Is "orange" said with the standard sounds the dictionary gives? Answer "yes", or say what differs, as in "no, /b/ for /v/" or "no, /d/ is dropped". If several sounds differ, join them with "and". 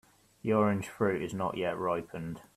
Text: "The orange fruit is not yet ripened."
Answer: no, /ʒ/ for /dʒ/